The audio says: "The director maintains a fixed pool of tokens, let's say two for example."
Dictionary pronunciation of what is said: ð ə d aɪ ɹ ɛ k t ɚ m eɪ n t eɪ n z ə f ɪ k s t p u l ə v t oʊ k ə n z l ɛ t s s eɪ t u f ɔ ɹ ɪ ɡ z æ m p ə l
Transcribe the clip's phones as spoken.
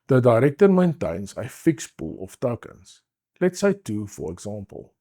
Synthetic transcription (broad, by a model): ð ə d aɪ ɹ ɛ k t ɚ m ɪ n t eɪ n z ə f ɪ k s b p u l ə f t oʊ k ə n s l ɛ t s s eɪ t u f ɔ ɹ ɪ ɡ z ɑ m p ə l